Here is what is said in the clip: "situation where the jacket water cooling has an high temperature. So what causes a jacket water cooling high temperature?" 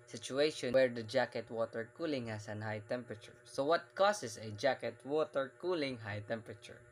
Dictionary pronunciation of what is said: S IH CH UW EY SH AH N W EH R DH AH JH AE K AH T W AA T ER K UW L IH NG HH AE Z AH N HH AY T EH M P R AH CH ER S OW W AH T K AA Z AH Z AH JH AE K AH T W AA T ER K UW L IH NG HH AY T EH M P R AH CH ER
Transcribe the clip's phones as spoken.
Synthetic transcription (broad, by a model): S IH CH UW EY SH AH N W EH R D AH JH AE K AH T W AA T ER K UW L IH NG HH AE S AH N HH AY T EH M P R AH CH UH S OW W AH T K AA S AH S AH JH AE K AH T W AA T ER K UW L IH NG HH AY T EH M P R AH CH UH